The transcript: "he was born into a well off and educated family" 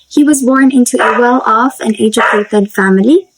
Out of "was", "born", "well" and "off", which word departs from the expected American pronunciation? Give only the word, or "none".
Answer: none